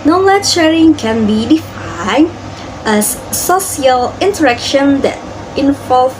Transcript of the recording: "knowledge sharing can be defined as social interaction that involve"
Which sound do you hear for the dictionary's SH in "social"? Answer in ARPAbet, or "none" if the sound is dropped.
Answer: none